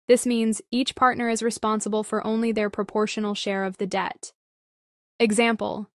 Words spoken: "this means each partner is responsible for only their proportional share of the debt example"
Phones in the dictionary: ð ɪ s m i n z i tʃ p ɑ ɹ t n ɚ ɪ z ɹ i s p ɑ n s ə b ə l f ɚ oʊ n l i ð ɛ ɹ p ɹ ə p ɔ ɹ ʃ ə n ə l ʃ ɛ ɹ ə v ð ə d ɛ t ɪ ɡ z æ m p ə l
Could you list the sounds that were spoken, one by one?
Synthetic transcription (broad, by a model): ð ɪ s m i n z i tʃ p ɑ ɹ t n ɚ ɪ z ɹ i s p ɑ n s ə b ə l f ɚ oʊ n l i ð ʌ ɹ p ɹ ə p ɔ ɹ ʃ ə n l ʃ ɛ ɹ ə v ð ə d ɛ t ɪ ɡ z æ m p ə l